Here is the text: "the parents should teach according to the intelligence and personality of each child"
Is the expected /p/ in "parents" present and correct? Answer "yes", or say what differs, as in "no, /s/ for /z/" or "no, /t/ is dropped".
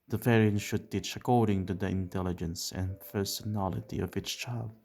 no, /f/ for /p/